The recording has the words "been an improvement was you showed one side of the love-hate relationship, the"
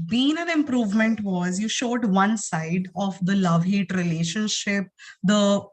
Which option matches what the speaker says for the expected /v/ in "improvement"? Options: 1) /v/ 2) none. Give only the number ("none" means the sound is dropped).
1